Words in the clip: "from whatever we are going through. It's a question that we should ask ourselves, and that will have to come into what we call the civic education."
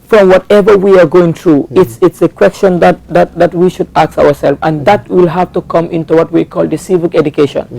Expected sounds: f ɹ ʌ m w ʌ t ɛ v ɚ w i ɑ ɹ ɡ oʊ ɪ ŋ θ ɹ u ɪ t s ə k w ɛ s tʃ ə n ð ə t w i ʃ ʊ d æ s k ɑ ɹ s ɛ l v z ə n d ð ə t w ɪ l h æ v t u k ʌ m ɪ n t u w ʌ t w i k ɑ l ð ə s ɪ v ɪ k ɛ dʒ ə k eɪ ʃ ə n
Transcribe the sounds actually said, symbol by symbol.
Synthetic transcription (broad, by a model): f ɹ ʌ m w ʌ t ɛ v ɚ w i ɑ ɹ ɡ oʊ ɪ ŋ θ ɹ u ɪ t s ə k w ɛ s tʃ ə n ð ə t w i ʃ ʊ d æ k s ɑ ɹ s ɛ l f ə n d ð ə t w ɪ l h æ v t u k ʌ m ɪ n t u w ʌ t w i k ɑ l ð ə s ɪ v ɪ k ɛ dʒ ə k eɪ ʃ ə n